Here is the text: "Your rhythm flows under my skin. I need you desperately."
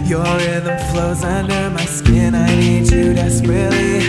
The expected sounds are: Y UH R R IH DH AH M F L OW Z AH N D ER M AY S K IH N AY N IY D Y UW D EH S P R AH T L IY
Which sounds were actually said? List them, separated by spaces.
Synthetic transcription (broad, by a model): Y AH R R IH DH AH M F L OW Z AH N D ER M AY S K IH N AY N IY D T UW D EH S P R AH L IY